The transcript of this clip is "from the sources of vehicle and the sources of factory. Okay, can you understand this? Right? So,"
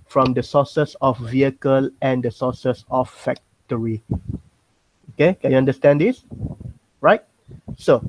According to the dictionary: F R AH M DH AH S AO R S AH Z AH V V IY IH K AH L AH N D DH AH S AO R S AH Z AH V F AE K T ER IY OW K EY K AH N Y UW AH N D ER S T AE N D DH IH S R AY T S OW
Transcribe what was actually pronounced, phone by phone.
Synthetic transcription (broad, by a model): F R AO M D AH S AO S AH S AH F V IY IH K AH L AH N D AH S AO S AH S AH F F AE K T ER IY OW K EY K AH N Y UW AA N D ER S T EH N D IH S R AY T S OW